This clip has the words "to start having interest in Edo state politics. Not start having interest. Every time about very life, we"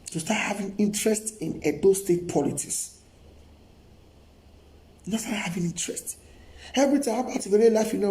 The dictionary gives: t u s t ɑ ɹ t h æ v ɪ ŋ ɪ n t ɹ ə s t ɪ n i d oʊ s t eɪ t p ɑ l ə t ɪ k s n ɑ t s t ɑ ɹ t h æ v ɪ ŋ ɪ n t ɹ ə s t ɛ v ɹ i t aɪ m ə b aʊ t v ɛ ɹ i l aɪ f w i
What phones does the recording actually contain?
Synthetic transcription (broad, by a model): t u s t ɑ t h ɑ v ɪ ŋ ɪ n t ɹ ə s t ɪ n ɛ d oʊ s t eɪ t p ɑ l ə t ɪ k s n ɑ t s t ɑ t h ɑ v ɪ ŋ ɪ n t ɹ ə s t ɛ v ɹ i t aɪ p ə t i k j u l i l aɪ f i